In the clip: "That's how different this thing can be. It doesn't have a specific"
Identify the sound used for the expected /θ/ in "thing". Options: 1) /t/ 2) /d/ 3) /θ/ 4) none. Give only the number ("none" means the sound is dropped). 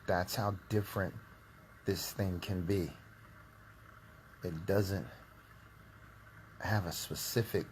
3